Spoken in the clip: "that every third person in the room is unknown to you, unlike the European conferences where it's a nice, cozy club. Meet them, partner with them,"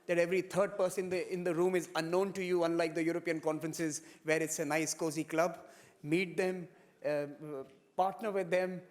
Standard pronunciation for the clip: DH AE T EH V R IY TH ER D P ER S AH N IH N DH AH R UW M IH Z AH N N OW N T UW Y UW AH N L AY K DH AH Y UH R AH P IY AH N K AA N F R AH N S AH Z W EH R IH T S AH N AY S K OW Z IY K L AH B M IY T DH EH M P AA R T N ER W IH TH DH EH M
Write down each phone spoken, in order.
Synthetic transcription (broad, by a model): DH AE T EH V R IY T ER D P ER S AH N IH N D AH R UW M IH Z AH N N OW N T UW Y UW AH N L AY K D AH Y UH R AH P IY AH N K AA N F R AH N S AH Z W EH R IH T S AH N AY S K OW Z IY K L AH B M IY T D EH M P AA R T N ER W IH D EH M